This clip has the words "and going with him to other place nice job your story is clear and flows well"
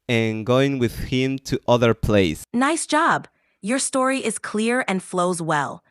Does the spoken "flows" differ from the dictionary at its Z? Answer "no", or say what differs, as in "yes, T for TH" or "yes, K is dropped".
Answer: no